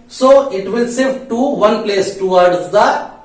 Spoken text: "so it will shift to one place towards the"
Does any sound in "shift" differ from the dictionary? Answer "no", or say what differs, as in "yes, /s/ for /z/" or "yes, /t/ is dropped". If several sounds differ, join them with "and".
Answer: yes, /s/ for /ʃ/